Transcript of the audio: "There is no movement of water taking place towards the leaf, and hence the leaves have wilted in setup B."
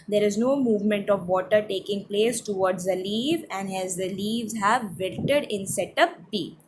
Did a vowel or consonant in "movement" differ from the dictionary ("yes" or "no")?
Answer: no